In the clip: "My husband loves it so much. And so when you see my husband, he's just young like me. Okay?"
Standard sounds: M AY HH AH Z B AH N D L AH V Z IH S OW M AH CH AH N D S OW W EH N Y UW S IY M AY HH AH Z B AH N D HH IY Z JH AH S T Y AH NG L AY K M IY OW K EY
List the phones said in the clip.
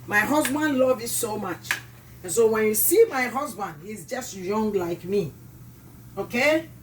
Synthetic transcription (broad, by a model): M AY HH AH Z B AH N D L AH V IH S OW M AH CH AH N S OW W EH N Y UW S IY M AY HH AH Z B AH N D HH IY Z JH AH S T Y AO NG L AY K M IY OW K EY